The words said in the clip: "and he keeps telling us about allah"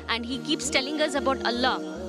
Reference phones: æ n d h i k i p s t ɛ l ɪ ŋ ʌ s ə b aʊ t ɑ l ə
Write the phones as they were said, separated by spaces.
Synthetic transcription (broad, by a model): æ n d h i k i p s t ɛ l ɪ ŋ ʌ s ə b aʊ t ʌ l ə